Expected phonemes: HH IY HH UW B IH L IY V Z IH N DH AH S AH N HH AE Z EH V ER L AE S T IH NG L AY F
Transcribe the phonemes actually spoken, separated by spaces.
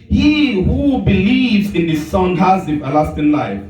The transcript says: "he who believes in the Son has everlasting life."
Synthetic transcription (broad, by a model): HH IY HH UW B IH L IY V Z IH N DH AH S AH N HH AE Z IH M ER L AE S T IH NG L AY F